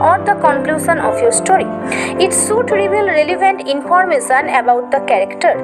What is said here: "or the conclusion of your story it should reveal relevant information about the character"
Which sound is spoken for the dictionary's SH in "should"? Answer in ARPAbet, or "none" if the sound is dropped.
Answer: S